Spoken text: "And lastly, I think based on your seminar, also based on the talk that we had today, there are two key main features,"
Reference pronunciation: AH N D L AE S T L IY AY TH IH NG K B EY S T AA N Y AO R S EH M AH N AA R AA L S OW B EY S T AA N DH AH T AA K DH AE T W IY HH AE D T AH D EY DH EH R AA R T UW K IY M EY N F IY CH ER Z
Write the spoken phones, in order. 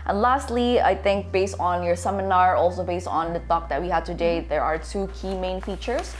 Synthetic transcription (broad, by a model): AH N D L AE S T L IY AY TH IH NG K B EY S T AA N Y AO R S EH M AH N AA R AA L S OW B EY S T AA N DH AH T AA K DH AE T W IY HH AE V T AH D EY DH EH R AA R T UW K IY M EY N F IY CH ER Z